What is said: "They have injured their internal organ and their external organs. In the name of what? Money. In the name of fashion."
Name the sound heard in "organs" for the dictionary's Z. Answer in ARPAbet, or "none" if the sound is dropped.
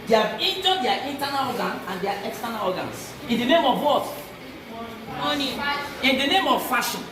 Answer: S